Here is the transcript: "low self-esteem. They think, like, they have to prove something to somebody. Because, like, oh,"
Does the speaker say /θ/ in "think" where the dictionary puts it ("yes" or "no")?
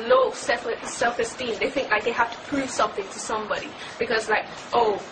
yes